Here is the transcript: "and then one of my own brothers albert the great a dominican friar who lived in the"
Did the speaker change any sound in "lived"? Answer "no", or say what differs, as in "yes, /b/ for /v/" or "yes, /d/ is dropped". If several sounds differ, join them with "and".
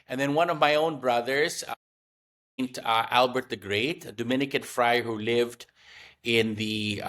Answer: no